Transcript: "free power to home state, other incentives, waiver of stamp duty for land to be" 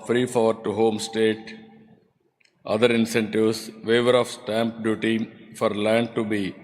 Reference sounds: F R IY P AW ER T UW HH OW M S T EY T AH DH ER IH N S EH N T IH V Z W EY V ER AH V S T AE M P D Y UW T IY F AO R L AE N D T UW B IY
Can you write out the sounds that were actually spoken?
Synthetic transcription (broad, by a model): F R IY F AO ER T UW HH OW M S T EY T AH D ER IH N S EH N T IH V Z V EY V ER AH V S T AE M P D Y UW T IY F AO R L AE N D T UW B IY